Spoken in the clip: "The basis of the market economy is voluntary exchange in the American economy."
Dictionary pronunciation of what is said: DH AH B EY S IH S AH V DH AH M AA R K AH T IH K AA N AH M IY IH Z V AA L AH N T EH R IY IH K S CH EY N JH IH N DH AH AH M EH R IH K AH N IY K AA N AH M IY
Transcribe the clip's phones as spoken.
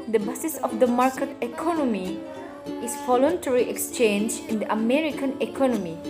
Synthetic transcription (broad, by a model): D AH B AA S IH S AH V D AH M AA R K AH T IH K AA N AH M IY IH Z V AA L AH N T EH R IY IH K S CH EY N JH IH N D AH AH M EH R IH K AH N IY K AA N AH M IY